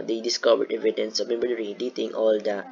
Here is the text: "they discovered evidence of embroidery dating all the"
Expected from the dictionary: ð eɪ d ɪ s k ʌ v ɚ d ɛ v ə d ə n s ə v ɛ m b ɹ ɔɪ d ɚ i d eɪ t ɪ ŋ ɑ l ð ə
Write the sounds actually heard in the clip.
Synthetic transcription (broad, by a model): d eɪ d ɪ s k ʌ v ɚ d ɛ v ə d ə n s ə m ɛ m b ʌ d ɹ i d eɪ t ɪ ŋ ɑ l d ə